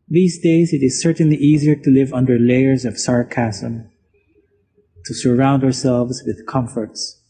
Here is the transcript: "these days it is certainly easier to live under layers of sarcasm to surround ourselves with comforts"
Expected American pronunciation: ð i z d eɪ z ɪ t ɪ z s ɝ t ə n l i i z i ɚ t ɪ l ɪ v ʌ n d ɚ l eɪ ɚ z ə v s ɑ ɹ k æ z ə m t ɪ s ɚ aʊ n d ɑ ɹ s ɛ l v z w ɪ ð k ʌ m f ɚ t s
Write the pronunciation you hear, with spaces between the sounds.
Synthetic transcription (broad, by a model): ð i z d eɪ z ɪ t ɪ z s ɝ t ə n l i i z i ɚ t ɪ l ɪ v ʌ n d ɚ l eɪ ɚ z ə v s ɑ ɹ k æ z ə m t ɪ s ɚ aʊ n d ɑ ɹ s ɛ l v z w ɪ ð k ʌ m f ɚ t s